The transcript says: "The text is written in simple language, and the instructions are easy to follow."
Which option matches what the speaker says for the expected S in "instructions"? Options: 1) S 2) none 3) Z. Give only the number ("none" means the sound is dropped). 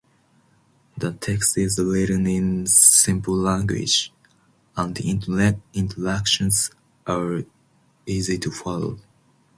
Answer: 2